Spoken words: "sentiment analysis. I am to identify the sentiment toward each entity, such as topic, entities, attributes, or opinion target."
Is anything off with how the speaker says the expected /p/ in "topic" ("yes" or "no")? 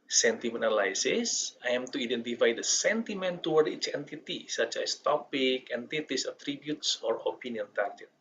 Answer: no